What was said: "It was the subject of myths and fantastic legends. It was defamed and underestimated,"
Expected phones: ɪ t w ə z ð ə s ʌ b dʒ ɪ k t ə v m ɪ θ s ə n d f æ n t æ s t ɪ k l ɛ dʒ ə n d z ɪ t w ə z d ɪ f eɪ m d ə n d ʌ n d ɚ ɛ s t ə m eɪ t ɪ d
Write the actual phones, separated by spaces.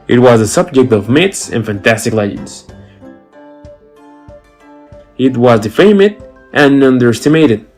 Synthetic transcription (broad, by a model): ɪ t w ə z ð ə s ʌ b dʒ ɪ k t ə v m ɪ t s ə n f æ n t æ s t ɪ k l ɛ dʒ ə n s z ɪ t w ə z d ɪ f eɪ m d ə n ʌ n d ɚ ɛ s t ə m eɪ t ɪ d